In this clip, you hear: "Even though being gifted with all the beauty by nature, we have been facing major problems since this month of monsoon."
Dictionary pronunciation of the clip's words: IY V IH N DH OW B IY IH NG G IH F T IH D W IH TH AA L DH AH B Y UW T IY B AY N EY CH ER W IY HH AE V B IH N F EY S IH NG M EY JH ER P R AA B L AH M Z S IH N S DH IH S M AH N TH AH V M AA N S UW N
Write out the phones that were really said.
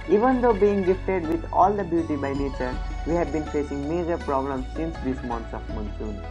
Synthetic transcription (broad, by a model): IY V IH N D OW B IY IH NG G IH F T IH D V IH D AA L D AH B Y UW T IY B AY N EY CH ER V IY HH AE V B IH N F EY S IH NG M EY JH ER P R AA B L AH M S IH N S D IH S M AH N S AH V M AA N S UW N